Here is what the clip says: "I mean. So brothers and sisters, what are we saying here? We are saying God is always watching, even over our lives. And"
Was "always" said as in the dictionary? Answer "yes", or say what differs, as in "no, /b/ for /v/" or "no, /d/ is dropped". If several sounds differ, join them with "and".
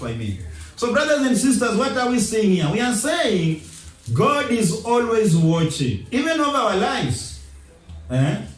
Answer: yes